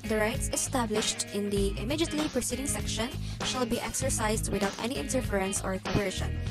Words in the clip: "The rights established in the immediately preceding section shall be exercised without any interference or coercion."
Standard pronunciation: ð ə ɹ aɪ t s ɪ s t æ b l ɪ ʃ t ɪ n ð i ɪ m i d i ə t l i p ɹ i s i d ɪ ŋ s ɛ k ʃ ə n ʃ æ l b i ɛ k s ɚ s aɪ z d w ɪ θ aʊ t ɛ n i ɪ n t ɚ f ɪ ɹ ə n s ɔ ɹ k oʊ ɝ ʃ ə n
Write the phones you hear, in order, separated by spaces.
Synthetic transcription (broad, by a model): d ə ɹ aɪ t s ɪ s t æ b l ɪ ʃ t ɪ n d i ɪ m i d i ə t l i p ɹ i s i d ɪ ŋ s ɛ k ʃ ə n ʃ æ l b i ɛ k s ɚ s aɪ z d w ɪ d aʊ t ɛ n i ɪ n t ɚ f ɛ ɹ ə n s ɔ ɹ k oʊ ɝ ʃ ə n